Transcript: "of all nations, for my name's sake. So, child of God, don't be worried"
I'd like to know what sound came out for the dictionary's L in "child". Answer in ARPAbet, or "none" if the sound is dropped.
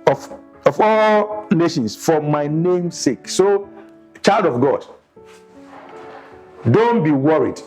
L